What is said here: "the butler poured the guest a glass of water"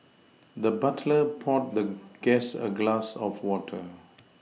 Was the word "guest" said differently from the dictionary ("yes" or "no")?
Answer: yes